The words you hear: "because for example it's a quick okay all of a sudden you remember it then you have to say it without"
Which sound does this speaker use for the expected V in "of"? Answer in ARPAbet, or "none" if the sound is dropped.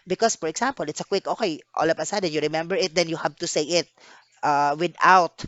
P